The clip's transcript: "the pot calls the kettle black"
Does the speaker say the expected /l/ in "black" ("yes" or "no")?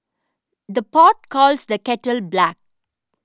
yes